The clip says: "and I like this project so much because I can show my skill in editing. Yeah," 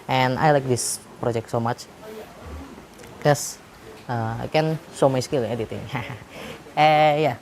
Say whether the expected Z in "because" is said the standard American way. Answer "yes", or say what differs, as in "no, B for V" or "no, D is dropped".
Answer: no, Z is dropped